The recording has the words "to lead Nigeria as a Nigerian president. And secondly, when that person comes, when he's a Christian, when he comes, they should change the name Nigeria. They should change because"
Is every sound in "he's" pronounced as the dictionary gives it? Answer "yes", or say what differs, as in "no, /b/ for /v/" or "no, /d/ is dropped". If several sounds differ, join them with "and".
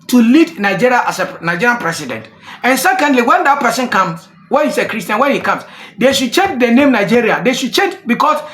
no, /s/ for /z/